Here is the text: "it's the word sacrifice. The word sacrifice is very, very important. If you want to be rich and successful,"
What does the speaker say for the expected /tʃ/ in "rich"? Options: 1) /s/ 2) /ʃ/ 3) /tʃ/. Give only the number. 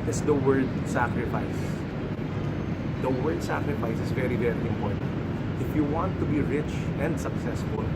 3